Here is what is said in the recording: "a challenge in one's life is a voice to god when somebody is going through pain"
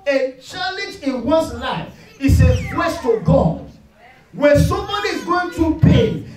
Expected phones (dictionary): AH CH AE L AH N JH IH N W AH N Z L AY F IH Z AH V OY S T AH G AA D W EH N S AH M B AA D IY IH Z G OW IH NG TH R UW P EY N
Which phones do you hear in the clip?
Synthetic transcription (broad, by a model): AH CH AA L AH N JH IH N W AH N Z L AY F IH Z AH W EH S T AH G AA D W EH S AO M AA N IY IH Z G OW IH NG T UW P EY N